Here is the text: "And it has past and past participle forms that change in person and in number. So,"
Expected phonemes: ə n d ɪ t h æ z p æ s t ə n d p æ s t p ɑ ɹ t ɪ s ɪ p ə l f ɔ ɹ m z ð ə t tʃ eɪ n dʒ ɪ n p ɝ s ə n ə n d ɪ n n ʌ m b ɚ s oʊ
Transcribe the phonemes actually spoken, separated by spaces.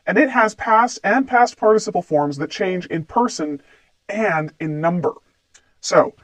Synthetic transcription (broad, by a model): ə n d ɪ t h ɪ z p æ s t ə n p æ s t p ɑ ɹ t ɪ s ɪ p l f ɔ ɹ m z ð ə t tʃ eɪ n dʒ ɪ n p ɝ s ə n ə n d ɪ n n ʌ m b ɚ s oʊ